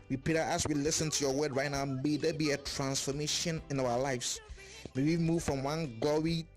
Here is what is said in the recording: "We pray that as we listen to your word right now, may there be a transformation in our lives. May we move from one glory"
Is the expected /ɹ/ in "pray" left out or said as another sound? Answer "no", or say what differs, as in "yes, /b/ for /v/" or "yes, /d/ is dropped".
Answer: yes, /ɹ/ is dropped